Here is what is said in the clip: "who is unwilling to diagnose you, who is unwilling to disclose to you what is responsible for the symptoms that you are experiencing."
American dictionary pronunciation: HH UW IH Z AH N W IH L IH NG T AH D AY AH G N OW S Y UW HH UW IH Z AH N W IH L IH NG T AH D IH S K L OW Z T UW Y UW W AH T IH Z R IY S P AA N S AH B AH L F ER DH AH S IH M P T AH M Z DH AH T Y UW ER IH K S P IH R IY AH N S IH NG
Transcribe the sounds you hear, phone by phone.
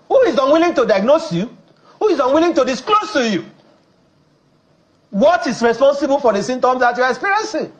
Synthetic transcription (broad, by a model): HH UW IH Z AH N W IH L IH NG T AH D AY AH G N OW S Y UW HH UW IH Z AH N W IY L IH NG T AH D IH S K L OW S T UW Y UW W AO T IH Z R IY S P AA N S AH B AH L F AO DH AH S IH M T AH M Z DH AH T Y UW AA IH K S P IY R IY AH N S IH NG